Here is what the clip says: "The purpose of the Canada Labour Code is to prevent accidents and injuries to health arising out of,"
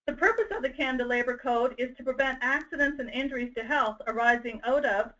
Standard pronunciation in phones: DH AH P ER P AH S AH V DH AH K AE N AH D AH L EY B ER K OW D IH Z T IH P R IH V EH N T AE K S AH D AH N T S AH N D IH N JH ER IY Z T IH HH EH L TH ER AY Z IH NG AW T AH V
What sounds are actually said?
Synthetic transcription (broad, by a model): DH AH P ER P AH S AH V DH AH K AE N D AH L EY B ER K OW D IH Z T IH P R IH V EH N T AE K S AH D AH N T S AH N IH N JH ER IY Z T IH HH EH L TH ER AY Z IH NG AW T AH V